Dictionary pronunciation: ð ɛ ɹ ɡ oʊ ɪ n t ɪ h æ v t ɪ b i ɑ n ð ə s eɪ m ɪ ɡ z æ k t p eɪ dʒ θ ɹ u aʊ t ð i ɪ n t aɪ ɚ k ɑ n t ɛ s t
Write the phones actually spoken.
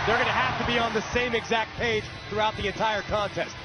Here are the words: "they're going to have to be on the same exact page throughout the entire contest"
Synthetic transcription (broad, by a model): ð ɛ ɹ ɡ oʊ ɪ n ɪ h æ f t ɪ b i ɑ n ð ə s eɪ m ɪ ɡ z æ k t p eɪ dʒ θ ɹ u aʊ t ð i ɪ n t aɪ ɚ k ɑ n t ɛ s t